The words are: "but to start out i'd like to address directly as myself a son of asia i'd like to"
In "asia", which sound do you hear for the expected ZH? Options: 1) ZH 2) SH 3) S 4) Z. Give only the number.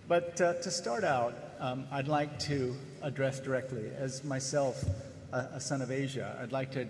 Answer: 1